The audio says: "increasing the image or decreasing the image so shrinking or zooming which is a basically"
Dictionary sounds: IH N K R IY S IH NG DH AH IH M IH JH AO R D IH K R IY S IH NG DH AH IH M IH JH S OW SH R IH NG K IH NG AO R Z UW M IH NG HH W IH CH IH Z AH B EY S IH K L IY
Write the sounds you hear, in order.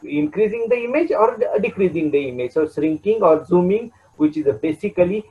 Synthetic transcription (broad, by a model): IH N K R IY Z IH NG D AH IH M IH JH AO R D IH K R IY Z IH NG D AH IH M IH JH S OW S R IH NG K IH NG AO R Z UW M IH NG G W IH CH IH Z AH B EY S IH K L IY